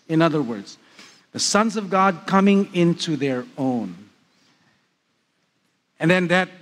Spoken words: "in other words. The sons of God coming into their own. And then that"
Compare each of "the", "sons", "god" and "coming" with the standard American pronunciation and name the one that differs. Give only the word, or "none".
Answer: none